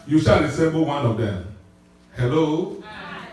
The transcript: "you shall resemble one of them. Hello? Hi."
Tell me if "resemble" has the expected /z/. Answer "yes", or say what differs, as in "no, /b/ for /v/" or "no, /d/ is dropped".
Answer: no, /s/ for /z/